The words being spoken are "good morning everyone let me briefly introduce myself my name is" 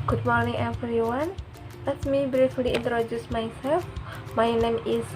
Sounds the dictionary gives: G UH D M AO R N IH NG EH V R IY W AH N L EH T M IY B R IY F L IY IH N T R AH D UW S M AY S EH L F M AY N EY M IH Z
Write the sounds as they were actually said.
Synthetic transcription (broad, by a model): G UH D M AO R N IH NG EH F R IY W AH N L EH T M IY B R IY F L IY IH N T R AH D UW S M AY S EH L F M AY N EY M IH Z